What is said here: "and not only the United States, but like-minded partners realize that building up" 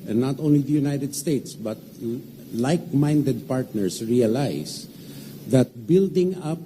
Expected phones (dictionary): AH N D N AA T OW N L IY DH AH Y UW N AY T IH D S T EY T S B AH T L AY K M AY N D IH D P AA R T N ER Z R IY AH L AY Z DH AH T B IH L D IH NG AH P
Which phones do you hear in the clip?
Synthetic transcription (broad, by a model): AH N N AA T OW N L IY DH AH Y UW N AY T IH D S T EY T S B AH T L AY K M AY N D IH D P AA R T N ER S R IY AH L AY S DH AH T B IH L D IH NG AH P